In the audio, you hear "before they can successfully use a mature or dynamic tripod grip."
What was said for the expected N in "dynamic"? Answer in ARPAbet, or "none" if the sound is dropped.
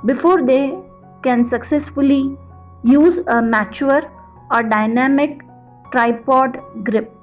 N